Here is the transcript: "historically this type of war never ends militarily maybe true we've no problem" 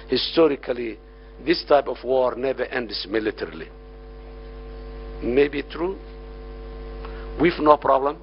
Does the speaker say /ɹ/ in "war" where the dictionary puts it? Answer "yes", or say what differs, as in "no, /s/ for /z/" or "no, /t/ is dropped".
yes